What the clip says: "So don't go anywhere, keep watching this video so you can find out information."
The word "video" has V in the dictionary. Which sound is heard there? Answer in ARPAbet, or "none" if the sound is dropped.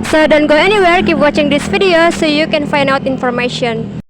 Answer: F